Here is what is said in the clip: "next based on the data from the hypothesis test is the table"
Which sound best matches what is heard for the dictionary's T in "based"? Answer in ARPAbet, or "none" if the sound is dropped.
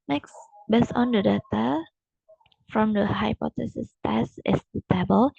none